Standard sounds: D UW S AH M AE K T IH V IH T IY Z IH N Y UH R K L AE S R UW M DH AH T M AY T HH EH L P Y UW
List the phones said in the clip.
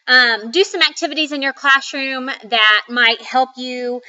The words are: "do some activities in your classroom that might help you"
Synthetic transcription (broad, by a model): D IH S AH M AE K T IH V IH T IY Z IH N Y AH R K L AE S R UW M DH AH T M AY T HH EH L P Y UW